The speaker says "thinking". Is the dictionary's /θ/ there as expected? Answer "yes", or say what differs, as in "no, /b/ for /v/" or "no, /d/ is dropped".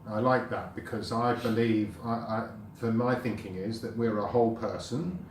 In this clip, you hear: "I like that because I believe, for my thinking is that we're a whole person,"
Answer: yes